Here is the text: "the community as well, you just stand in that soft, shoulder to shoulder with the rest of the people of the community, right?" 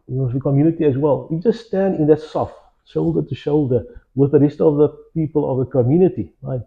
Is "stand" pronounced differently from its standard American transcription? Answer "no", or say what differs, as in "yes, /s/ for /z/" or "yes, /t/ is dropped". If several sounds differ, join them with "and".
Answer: no